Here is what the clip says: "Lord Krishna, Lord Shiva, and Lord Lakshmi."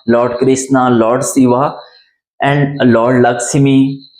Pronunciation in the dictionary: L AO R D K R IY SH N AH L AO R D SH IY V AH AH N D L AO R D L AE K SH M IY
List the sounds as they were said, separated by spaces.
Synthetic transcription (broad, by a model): L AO R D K R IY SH N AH L AO R D S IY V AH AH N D L AO R D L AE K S M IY